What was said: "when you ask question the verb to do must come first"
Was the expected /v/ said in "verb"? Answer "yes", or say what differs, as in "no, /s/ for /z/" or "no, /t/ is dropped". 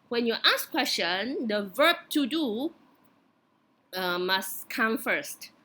yes